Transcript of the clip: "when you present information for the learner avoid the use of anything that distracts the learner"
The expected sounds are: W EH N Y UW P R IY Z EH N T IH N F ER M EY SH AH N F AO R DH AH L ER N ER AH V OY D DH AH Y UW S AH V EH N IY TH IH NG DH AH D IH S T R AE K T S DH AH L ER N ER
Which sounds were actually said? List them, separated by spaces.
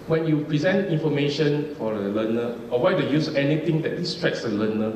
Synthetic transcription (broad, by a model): W EH N Y UW P R IY Z EH N T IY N F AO M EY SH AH N F AO R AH L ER N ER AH W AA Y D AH Y UW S EH N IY T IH NG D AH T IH S T R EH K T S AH L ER N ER